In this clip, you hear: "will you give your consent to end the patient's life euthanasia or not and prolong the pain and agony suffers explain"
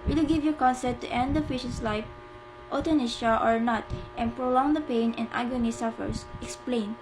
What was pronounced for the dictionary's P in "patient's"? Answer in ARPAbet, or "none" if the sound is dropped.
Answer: F